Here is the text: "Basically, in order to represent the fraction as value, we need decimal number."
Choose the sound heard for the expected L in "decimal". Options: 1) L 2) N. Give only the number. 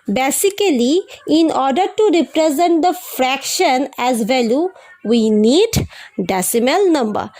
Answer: 1